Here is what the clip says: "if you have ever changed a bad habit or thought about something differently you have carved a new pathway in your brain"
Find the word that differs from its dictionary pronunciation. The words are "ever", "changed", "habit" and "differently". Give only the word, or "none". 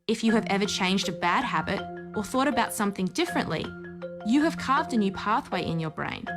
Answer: none